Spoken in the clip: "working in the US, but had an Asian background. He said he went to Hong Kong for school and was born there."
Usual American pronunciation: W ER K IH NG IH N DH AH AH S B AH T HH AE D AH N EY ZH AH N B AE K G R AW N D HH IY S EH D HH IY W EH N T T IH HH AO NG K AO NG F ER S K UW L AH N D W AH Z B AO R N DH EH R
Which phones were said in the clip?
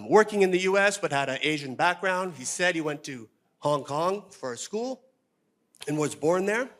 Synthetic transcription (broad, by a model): W ER K IH NG IH N DH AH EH S B AH T HH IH D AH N EY ZH AH N B AE K G R AW N D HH IY S EH D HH IY W EH N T T IH HH AO NG K AO NG F ER S K UW L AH N W AH Z B AO R N DH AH R